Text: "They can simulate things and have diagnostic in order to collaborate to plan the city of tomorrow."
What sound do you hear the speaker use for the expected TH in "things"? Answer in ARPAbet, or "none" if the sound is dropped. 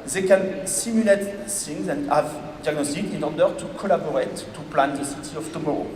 S